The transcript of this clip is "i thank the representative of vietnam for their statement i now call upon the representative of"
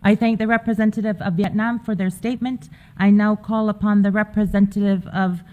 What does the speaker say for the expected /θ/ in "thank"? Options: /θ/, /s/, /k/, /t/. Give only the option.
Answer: /θ/